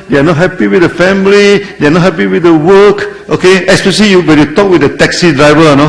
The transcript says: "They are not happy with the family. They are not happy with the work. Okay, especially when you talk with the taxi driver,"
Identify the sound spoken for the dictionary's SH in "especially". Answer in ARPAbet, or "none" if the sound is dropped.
S